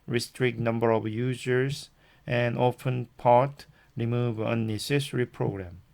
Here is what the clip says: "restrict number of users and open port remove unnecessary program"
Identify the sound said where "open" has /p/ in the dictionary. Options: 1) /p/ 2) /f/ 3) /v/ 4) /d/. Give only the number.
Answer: 2